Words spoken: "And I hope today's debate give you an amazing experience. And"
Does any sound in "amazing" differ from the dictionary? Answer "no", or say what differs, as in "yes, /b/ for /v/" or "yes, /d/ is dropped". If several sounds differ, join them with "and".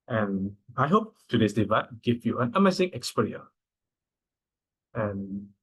yes, /s/ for /z/